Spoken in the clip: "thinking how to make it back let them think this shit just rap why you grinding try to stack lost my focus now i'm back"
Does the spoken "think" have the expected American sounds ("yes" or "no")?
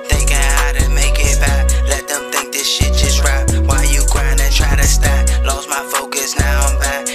yes